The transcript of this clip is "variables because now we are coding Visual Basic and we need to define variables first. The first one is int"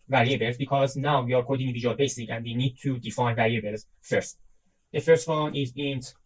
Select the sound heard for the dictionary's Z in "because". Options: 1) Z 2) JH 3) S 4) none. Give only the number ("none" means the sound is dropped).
1